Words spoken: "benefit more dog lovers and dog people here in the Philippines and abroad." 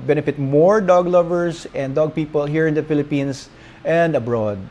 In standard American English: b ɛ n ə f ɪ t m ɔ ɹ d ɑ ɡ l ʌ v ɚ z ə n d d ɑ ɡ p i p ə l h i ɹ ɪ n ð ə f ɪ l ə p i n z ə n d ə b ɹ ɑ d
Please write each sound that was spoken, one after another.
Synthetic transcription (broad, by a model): b ɛ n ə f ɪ t m ɔ ɹ d ɑ ɡ l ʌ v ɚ s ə n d d ɑ ɡ p i p ə l h i ɹ ɪ n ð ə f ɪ l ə p i n s ə n d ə b ɹ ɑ d